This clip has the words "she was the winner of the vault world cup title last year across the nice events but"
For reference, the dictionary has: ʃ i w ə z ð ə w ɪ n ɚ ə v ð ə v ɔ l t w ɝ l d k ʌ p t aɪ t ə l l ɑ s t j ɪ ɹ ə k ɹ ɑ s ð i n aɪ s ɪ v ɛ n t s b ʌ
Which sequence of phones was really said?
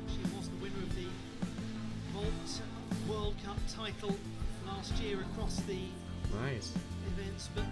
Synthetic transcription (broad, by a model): ʃ i w ə z ð ə w ɪ n ɚ ə v ð ə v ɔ l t w ɝ l d k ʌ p t aɪ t l l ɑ s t j ɪ ɹ ə k ɹ ɑ s ð i n aɪ s ɪ v ɛ n t s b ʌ